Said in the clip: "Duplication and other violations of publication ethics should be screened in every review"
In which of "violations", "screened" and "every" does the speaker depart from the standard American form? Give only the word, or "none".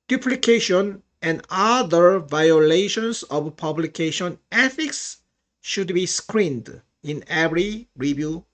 violations